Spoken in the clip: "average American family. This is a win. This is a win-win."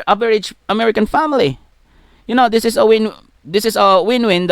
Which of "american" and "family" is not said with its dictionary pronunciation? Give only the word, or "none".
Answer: family